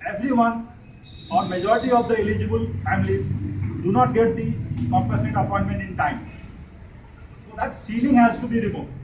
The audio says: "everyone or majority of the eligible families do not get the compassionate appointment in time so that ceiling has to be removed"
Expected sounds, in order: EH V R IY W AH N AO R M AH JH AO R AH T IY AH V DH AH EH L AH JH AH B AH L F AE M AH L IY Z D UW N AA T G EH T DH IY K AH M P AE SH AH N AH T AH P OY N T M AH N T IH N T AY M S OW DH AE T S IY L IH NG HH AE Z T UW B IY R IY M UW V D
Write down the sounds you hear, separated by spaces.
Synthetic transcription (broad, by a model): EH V R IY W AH N AO R M AH JH AO R AH T IY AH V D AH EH L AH JH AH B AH L F AE M AH L IY Z D UW N AA T G EH T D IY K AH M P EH S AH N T AH P OY N T M AH N T IH N T AY M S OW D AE T S IY L IH NG HH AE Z T UW B IY R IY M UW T